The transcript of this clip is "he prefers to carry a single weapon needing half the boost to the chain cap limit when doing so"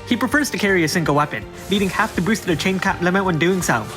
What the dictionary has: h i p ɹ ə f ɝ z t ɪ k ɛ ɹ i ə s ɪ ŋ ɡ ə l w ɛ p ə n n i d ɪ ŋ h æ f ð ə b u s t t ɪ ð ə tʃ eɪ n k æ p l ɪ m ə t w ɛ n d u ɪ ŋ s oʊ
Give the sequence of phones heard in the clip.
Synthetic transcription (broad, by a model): h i p ɹ ə f ɝ z t ɪ k ɛ ɹ i ə s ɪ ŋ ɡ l w ɛ p ə n l i d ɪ ŋ h æ f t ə b u s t t ɪ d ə tʃ eɪ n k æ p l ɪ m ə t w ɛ n d u ɪ ŋ s oʊ